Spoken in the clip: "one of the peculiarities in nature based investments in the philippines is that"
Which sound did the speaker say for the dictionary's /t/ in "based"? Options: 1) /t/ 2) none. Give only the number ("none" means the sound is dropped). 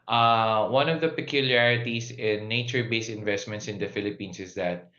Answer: 2